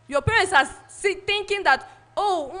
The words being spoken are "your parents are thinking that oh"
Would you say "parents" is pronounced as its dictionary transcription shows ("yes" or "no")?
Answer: no